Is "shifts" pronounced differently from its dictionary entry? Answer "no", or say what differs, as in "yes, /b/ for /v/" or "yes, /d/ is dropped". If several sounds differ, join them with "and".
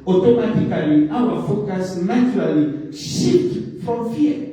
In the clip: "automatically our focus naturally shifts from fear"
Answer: yes, /f/ is dropped and /s/ is dropped